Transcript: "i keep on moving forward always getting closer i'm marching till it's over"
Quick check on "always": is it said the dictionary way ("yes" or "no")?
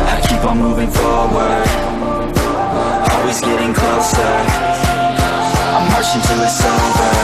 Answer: yes